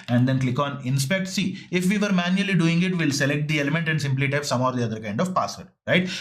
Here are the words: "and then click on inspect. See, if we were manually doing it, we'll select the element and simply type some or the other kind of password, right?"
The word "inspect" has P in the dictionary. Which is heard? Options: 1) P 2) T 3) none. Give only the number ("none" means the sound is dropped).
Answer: 1